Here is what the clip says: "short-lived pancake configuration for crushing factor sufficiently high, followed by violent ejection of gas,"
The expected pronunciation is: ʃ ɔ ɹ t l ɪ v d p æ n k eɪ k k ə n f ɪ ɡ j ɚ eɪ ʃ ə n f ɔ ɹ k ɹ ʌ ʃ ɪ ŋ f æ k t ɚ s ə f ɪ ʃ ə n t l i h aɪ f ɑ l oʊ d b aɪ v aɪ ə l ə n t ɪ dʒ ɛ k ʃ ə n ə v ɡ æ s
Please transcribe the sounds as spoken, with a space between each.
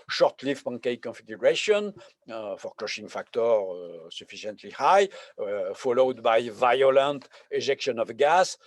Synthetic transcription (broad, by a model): ʃ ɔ ɹ t l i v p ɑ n k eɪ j k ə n f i ɡ j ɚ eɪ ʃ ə n f ɔ ɹ k l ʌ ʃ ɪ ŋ f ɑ k t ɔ s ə f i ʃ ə n t l i h aɪ f ɑ l oʊ d b aɪ v aɪ ə l ə n t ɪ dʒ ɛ k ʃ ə n ə v ɡ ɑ s